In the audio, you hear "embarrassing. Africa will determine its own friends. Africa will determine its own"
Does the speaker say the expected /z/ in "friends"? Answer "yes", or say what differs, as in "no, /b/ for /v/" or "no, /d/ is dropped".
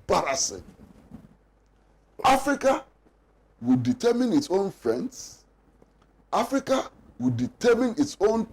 no, /s/ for /z/